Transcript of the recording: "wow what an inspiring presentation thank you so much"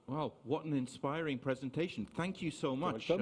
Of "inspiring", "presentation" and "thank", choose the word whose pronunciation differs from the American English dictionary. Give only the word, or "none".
none